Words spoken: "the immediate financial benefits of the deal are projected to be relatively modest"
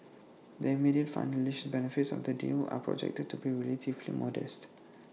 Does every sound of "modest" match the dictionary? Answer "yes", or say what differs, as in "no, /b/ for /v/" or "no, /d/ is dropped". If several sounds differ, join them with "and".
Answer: yes